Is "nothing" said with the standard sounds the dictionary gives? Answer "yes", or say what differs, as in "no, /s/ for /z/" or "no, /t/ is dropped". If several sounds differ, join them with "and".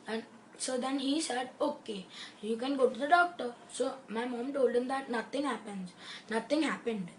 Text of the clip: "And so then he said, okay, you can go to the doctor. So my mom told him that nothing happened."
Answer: no, /t/ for /θ/